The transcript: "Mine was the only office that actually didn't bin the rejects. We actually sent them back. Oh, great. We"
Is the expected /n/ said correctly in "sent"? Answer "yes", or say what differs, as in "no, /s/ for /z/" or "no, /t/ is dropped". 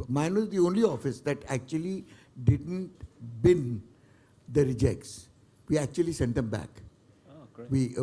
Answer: yes